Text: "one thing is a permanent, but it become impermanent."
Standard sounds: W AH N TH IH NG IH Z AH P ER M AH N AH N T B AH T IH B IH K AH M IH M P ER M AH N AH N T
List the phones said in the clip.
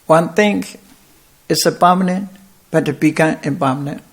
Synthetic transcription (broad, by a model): W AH N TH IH NG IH S AH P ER M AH N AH N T B AH T IH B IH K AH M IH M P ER M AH N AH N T